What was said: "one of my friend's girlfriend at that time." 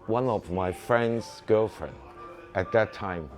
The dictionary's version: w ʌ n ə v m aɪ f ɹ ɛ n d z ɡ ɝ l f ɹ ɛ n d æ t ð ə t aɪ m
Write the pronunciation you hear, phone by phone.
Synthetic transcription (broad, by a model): w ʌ n ə v m aɪ f ɹ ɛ n d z ɡ ɝ l f ɹ ɛ n d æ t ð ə t aɪ m